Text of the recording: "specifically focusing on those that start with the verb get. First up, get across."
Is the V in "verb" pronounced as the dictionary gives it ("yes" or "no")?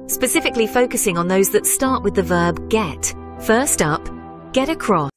yes